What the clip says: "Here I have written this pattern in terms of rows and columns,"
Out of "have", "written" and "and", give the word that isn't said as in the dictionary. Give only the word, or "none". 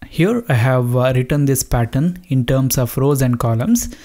none